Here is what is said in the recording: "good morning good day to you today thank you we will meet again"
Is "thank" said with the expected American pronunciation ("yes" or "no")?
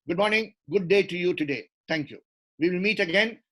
no